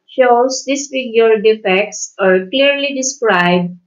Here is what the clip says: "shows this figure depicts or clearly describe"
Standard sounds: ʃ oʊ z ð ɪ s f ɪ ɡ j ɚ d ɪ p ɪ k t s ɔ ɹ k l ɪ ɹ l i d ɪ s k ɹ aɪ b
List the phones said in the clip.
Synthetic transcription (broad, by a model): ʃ oʊ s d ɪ s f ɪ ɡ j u d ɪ f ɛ k t s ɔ ɹ k l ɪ ɹ l i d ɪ s k ɹ aɪ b